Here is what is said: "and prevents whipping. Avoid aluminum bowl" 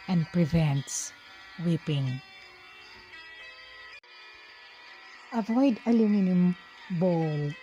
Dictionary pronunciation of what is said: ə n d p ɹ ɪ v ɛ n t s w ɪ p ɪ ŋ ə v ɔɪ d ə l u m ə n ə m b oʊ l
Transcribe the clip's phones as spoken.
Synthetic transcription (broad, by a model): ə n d p ɹ ɪ v ɛ n t s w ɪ p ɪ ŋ ə v ɔɪ d ə l u m ə n ə m b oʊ l